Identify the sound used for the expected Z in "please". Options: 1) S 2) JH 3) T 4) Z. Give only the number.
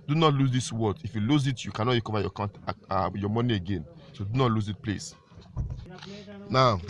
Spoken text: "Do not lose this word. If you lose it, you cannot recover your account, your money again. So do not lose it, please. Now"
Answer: 1